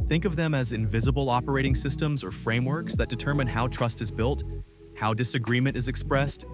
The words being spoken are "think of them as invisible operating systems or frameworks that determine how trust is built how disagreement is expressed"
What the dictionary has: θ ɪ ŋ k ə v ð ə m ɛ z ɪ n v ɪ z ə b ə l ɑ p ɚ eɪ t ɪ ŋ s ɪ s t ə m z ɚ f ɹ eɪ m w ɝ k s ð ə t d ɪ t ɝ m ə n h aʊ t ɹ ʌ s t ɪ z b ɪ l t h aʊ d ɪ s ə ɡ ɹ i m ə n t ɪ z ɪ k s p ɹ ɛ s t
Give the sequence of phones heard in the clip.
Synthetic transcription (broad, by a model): θ ɪ ŋ k ə v ð ə m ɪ z ɪ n v ɪ z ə b l ɑ p ɚ eɪ t ɪ ŋ s ɪ s t ə m z ɚ f ɹ eɪ m w ɝ k s ð ə t d ɪ t ɝ m ə n h aʊ t ɹ ʌ s t ɪ z b ɪ l t h aʊ d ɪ s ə ɡ ɹ i m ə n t ɪ z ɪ k s p ɹ ɛ s t